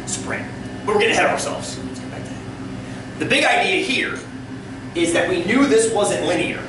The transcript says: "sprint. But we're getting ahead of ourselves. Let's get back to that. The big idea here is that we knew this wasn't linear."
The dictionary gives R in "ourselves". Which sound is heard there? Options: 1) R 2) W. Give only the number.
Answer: 1